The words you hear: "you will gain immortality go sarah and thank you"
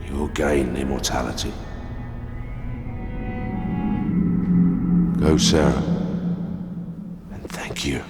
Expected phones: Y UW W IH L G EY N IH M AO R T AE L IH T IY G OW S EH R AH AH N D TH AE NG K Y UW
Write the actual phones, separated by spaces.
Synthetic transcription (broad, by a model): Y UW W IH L G EY N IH M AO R T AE L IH T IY G OW S EH R AH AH N TH AE NG K Y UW